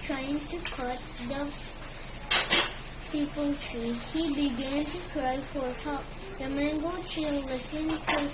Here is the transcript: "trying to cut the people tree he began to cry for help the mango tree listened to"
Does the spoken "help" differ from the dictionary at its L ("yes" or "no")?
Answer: yes